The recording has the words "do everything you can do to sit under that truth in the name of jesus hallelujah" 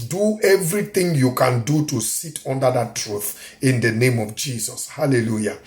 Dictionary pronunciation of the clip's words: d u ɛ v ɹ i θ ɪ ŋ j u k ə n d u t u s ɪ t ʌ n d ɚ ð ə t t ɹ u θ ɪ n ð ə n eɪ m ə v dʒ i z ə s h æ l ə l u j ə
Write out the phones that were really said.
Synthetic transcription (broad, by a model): d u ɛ v ɹ i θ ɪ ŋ j u k ə n d u t u s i t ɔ n d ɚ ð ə t t ɹ u θ ɪ n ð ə n eɪ m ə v dʒ i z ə s h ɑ l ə l u j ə